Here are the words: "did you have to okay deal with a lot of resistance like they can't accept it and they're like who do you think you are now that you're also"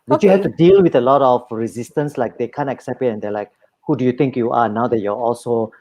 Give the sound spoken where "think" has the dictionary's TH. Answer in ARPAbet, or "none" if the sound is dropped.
T